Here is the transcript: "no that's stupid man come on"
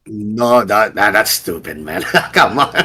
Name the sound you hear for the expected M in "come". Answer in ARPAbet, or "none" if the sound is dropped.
M